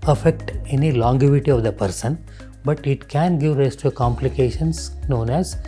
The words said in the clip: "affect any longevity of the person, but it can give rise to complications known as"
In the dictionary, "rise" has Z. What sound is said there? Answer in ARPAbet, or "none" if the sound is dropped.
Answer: S